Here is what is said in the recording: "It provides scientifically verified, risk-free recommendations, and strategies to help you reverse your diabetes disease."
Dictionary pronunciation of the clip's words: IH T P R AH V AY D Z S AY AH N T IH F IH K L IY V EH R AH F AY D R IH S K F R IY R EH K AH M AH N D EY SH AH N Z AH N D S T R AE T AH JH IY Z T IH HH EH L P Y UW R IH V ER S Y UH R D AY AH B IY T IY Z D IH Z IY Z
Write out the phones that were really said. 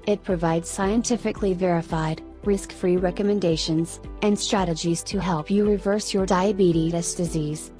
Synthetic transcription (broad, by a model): IH T P R AH V AY D Z S AY AH N T IH F IH K L IY V EH R AH F AY D R IH S K F R IY R EH K AH M AH N D EY SH AH N Z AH N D S T R AE T AH JH IY Z T IH HH EH L P Y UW R IH V ER S Y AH R D AY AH B IY T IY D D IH Z IY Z